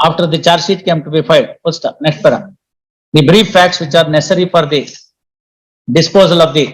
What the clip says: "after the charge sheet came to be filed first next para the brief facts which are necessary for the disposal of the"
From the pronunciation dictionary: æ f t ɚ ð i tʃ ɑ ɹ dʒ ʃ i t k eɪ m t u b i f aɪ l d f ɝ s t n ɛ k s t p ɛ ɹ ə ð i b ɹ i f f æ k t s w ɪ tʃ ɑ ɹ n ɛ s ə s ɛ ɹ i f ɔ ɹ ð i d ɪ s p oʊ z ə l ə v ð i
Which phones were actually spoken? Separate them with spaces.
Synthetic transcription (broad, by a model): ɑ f t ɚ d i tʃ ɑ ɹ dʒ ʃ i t k eɪ m t u b i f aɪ d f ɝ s t n ɛ k s t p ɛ ɹ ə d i b ɹ i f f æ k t s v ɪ tʃ ɑ ɹ n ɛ s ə ɹ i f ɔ ɹ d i d ɪ s p oʊ z ə l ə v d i